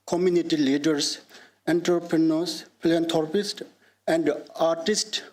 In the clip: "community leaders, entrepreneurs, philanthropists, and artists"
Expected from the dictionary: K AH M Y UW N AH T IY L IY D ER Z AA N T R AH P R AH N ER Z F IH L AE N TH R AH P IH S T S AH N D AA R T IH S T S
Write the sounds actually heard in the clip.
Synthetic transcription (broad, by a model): K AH M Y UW N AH T IY L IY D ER S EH N T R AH P R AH N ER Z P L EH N T R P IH S T AH N D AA R T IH S T